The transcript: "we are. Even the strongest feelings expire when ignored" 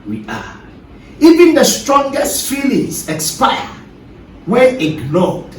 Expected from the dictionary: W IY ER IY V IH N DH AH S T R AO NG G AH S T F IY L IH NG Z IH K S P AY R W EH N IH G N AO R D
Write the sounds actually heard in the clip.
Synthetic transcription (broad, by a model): W IY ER IY V IH N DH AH S T R AO NG G AH S T F IY L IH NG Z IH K S P AY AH W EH IH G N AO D